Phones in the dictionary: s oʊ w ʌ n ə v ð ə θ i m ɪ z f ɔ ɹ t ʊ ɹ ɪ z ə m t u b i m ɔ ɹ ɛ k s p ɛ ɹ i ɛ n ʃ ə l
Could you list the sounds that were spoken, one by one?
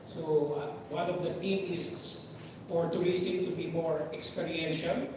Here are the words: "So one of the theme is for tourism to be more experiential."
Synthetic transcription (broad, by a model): s oʊ w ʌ n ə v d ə t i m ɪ s f ɔ ɹ t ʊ ɹ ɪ s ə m t u b i m ɔ ɹ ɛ k s p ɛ ɹ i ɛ n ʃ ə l